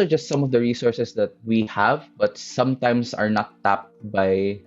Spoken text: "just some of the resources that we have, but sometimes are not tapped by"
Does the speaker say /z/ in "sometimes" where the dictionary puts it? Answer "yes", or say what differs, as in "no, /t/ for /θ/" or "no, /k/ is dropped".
no, /s/ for /z/